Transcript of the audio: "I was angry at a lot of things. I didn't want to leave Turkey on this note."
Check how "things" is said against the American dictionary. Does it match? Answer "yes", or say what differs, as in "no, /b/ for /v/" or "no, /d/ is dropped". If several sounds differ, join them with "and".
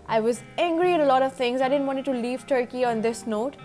no, /t/ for /θ/